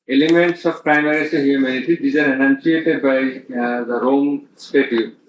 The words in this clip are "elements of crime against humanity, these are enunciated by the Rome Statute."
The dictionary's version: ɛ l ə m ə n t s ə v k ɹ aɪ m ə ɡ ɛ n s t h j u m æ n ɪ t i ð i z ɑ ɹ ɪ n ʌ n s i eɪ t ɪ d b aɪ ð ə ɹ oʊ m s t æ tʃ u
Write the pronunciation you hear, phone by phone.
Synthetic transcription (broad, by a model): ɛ l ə m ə n t s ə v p ɹ aɪ m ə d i s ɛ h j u m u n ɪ t i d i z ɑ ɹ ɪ n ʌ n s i eɪ t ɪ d b aɪ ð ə ɹ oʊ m s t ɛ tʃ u